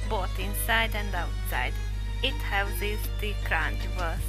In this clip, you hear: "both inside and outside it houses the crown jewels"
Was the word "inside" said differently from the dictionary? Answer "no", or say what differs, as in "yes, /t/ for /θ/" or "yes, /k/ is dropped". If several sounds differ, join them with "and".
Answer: no